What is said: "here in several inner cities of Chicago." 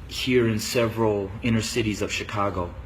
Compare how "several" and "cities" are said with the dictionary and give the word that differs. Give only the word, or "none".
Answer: none